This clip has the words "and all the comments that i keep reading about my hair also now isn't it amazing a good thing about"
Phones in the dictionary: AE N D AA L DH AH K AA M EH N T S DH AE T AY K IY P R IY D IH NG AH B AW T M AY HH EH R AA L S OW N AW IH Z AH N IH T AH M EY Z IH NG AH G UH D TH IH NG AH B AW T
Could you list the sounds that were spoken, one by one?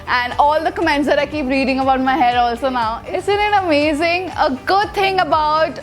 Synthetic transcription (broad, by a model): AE N D AA L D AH K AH M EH N T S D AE T AY K IY P R IY D IH NG AH B AW T M AY HH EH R AA L S OW N AW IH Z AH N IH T AH M EY Z IH NG AH G UH D T IH NG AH B AW T